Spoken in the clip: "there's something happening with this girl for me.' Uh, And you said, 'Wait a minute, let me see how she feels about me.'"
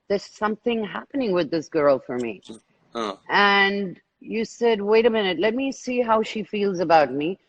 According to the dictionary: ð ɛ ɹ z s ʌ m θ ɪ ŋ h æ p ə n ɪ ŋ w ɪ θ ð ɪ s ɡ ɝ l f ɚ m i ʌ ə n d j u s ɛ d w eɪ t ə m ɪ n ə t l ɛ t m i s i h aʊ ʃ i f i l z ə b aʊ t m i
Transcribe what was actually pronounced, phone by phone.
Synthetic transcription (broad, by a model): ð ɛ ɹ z s ʌ m θ ɪ ŋ h æ p ə n ɪ ŋ w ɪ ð ɪ s ɡ ɝ l f ɚ m i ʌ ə n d j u s ɛ d w eɪ t ə m ɪ n ə t l ɛ t m i s i h aʊ ʃ i f i l z ə b aʊ t m i